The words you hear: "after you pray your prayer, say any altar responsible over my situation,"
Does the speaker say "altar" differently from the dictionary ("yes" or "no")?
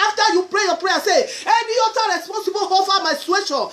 yes